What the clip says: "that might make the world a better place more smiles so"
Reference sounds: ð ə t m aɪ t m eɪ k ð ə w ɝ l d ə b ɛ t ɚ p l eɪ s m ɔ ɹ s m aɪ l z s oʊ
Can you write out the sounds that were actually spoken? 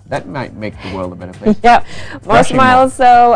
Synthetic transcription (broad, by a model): ð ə t m aɪ t m eɪ k ð ə w ɝ l d ə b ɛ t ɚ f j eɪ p m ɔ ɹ s m aɪ l z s oʊ